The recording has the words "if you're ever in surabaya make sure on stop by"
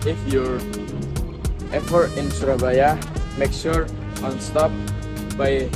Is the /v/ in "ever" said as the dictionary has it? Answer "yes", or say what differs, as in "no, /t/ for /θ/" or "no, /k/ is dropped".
no, /p/ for /v/